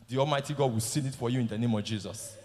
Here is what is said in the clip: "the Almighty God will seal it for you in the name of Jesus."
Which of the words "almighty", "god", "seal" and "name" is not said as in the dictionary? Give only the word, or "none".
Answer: seal